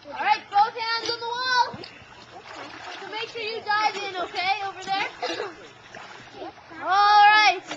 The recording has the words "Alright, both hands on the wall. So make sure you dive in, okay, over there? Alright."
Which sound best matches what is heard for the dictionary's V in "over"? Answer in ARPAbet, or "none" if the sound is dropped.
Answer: V